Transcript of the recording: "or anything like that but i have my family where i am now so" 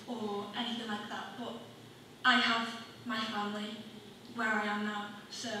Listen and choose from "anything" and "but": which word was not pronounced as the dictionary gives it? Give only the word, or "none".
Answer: none